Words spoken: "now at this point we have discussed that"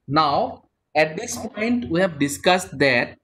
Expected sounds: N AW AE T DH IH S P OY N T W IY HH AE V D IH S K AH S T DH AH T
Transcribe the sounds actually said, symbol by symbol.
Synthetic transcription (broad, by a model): N AW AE T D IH S P OY N T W IY HH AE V D IH S K AH S T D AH T